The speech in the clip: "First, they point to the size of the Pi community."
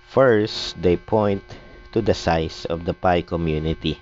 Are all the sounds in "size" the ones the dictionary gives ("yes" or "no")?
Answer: no